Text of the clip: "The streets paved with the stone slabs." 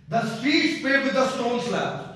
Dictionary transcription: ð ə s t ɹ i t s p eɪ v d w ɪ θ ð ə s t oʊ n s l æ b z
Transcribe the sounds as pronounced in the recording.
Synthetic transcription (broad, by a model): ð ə s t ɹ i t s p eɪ d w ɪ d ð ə s t oʊ n s l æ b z